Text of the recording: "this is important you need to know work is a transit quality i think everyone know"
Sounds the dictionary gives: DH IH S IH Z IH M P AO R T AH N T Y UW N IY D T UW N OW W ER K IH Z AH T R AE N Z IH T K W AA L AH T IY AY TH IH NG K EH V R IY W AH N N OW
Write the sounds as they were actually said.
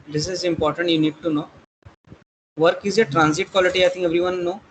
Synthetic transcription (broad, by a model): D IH S IH Z IH M P AO R T AH N T Y UW N IY D T UW N OW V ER K IH Z AH T R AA N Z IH T K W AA L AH T IY AY T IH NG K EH V R IY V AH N N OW